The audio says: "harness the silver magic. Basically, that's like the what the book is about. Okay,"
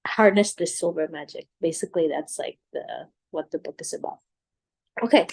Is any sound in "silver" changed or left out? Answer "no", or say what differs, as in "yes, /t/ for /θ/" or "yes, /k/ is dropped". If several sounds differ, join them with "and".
yes, /b/ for /v/